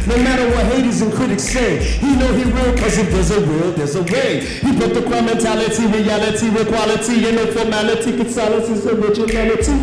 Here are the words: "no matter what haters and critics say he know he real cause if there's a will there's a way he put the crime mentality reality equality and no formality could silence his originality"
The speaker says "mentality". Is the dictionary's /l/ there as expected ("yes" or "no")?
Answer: yes